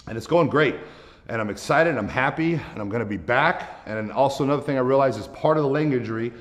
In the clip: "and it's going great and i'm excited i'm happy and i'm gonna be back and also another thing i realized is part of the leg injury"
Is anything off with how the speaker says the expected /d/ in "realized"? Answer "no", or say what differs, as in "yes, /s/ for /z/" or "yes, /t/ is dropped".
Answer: yes, /d/ is dropped